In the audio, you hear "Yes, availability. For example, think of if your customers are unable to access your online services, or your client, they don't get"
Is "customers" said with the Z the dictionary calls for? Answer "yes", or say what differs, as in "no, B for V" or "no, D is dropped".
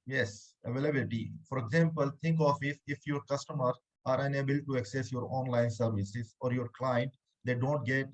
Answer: no, Z is dropped